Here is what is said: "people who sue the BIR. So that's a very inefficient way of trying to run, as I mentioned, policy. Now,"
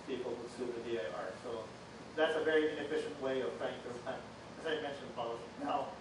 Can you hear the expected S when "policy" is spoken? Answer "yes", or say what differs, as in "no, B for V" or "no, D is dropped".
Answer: no, S is dropped